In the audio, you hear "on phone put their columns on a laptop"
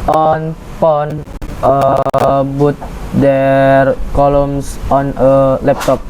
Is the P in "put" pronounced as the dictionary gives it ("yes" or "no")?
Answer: no